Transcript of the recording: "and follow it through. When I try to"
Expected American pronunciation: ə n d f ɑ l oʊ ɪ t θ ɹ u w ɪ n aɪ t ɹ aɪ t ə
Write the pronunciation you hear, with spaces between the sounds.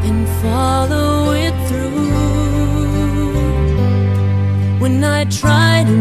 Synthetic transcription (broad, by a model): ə n f ɑ l oʊ ɪ t θ ɹ u w ɪ n aɪ t ɹ aɪ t